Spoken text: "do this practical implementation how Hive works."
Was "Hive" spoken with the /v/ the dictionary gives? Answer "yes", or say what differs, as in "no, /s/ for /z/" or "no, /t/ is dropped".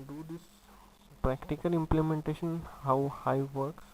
yes